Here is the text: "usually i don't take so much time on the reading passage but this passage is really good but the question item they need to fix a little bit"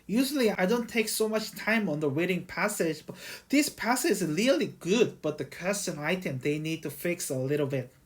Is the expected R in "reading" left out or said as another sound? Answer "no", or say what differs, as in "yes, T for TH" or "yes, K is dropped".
yes, W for R